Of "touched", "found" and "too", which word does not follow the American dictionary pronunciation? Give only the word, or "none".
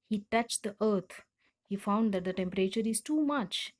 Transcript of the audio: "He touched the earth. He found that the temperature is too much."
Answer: none